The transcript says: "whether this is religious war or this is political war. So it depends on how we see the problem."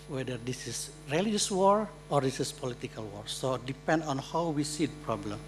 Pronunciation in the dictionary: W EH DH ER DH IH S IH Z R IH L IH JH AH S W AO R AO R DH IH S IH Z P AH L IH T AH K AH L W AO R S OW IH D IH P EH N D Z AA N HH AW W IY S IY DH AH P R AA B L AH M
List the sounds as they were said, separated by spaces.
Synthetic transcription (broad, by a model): W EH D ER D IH S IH S R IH L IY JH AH S W AO R AO R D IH S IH S P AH L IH T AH K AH L W AO R S OW D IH P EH N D AA N HH AW W IY S IY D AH P R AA B L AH M